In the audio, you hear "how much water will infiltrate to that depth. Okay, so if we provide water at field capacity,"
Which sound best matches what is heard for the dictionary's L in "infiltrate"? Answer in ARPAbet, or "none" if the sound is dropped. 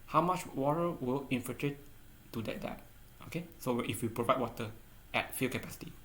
none